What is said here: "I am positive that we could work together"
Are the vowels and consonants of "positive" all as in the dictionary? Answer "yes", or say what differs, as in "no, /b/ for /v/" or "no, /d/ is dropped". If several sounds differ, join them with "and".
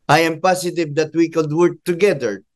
no, /s/ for /z/